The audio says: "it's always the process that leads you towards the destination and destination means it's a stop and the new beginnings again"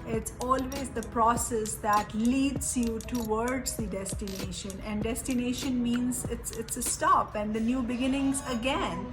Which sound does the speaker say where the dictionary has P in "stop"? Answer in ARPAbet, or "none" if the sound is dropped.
P